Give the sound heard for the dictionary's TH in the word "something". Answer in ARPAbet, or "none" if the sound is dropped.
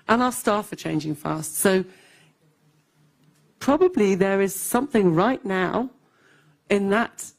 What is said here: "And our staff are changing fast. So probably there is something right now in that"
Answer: TH